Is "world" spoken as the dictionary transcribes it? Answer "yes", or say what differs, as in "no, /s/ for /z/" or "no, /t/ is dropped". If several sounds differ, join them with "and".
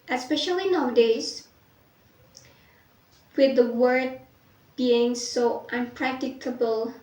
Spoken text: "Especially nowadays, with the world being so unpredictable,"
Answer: no, /l/ is dropped